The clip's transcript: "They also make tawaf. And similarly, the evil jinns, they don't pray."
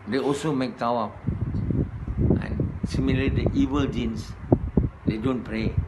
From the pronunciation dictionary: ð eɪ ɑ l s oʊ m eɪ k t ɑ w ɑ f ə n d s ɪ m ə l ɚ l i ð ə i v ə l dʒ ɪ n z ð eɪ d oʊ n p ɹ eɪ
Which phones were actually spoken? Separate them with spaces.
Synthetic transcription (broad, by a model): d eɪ ɑ l s oʊ m eɪ k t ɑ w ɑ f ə n s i m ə l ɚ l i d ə i v ə l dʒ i n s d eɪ d oʊ n p ɹ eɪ